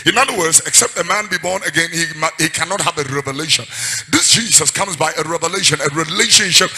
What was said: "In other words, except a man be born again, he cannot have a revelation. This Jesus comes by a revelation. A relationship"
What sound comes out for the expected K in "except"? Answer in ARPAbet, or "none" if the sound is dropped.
K